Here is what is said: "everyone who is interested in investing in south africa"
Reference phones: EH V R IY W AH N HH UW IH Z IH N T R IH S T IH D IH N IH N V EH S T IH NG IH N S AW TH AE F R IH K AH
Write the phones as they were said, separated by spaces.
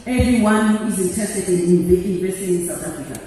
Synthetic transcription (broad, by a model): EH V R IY W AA N HH UW IH Z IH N T IH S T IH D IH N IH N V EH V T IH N IH N S AW T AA F R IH K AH